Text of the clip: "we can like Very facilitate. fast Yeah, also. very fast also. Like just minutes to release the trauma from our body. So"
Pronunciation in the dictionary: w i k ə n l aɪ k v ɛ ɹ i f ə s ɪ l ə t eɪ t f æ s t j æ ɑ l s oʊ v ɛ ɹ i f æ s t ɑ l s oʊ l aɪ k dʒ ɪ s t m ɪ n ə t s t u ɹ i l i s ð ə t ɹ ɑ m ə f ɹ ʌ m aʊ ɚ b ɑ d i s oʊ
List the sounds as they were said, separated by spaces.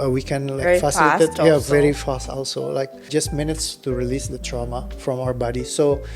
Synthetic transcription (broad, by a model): w i k ə n l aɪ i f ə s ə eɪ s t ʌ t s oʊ v ɛ ɹ i f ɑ s t ɑ l s oʊ l aɪ k dʒ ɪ s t m ɪ n ə t s t u ɹ i l i s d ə t ɹ ɑ m ə f ɹ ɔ m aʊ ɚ b ɑ d i s oʊ